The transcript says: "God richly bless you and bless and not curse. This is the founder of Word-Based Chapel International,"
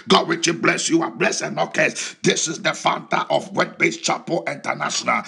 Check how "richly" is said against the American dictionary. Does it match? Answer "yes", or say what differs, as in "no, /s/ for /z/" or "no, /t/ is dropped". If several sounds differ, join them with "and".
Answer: no, /w/ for /ɹ/ and /l/ is dropped